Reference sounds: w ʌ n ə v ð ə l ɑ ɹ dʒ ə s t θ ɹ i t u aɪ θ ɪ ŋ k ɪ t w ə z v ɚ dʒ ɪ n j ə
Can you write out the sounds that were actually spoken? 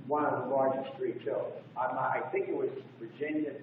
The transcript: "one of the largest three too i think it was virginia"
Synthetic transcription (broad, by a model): w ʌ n ə v ð ə l ɑ ɹ dʒ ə s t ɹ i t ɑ aɪ θ ɪ ŋ k ɪ t w ə z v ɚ dʒ ɪ n j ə